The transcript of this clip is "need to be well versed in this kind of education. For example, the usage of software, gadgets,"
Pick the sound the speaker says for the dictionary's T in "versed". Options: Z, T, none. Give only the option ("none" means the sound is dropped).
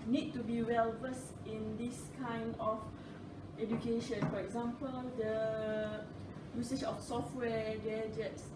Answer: none